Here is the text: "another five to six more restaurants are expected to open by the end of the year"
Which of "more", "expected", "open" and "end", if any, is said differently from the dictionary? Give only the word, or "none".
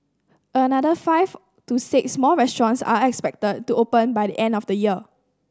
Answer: more